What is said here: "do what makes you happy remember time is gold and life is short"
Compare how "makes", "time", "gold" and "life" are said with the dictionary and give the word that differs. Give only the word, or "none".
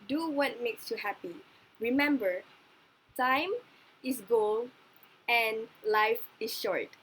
gold